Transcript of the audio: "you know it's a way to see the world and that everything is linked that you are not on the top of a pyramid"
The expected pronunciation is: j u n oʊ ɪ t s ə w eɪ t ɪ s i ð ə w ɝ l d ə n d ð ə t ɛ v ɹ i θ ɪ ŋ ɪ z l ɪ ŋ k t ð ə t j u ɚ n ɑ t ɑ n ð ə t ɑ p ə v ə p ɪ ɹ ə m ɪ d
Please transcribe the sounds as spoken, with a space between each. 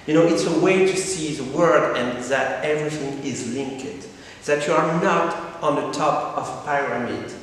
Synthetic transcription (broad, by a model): j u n oʊ ɪ t s ə w eɪ t ɪ s i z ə w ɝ d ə n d ð ə t ɛ v ɹ i θ ɪ ŋ ɪ z l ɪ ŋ k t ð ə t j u ɚ n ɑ t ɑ n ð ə t ɑ p ə v ə p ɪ ɹ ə m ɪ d